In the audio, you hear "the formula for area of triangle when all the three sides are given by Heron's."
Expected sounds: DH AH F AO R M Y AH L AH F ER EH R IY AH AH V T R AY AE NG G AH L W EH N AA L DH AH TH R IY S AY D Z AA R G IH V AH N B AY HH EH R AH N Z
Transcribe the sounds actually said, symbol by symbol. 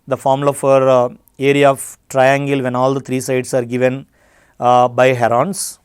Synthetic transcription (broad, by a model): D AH F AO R M L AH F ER EH R IY AH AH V T R AY AE NG G AH L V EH N AA L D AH T R IY S AY D S AA R G IH V AH N B AY HH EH R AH N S